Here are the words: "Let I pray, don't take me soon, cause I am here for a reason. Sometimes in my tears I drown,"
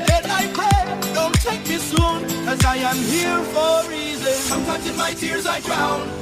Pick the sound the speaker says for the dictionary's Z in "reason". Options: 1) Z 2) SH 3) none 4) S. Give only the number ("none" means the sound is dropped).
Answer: 1